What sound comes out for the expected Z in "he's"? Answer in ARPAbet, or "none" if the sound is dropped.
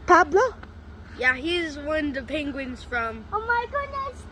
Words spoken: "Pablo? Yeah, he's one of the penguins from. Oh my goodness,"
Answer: Z